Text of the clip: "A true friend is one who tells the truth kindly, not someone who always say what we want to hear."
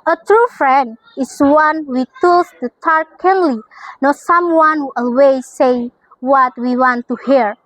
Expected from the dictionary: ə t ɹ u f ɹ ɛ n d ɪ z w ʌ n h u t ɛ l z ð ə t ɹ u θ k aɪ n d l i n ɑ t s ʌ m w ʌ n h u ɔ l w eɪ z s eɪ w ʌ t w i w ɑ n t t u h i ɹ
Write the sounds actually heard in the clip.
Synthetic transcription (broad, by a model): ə t ɹ u f ɹ ɛ n d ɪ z w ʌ n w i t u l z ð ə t ɑ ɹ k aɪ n l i n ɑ s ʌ m w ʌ n h u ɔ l w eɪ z s eɪ w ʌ t w i w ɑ n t t u h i ɹ